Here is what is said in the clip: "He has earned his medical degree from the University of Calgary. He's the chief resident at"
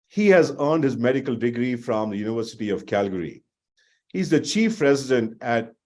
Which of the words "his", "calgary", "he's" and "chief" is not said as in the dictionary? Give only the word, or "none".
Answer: none